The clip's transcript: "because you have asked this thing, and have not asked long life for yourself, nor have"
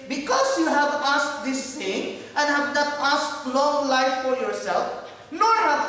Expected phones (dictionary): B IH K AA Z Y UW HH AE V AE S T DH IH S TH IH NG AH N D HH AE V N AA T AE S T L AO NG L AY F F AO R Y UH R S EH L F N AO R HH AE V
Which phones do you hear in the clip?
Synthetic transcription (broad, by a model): B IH K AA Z Y UW HH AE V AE S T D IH S T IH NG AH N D HH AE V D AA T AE S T L AO NG L AY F F AO R Y UH R S EH L F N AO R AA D